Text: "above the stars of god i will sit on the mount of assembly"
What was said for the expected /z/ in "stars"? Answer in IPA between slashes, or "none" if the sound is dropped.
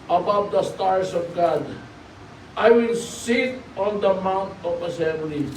/s/